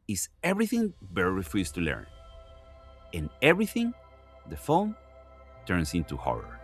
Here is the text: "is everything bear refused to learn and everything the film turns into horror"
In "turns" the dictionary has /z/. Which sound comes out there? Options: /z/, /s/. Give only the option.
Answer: /s/